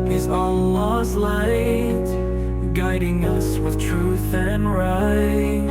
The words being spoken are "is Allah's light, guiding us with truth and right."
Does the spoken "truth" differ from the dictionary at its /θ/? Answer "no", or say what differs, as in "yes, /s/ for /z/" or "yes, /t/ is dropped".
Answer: no